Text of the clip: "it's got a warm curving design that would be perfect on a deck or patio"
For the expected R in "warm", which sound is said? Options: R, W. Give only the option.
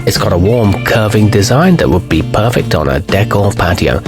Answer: R